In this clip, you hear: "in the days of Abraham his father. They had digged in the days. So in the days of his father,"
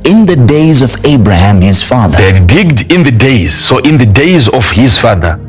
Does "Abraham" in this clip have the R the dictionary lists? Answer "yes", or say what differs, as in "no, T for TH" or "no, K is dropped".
yes